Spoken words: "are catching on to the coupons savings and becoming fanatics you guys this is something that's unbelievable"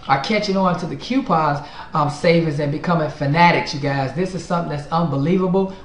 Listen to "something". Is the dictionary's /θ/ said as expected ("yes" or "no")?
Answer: yes